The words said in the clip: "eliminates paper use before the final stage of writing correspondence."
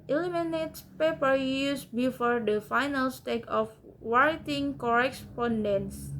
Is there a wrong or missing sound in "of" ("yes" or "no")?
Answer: yes